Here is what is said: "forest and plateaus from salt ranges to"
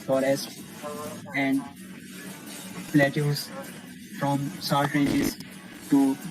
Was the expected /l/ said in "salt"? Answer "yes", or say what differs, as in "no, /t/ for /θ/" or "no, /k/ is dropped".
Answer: no, /l/ is dropped